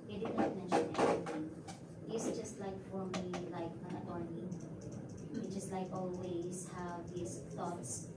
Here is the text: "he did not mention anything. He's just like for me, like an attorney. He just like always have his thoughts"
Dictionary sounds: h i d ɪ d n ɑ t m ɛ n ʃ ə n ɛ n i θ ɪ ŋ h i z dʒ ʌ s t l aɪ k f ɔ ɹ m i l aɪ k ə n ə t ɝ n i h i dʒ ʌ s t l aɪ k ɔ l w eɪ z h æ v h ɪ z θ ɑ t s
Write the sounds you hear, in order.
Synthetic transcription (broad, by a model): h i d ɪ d l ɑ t m ɛ n ʃ ə n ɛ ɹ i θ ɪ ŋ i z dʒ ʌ s t l aɪ k f ɔ ɹ m i l aɪ k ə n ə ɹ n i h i dʒ ʌ s t l aɪ k ɔ l w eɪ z h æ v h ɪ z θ ɑ t s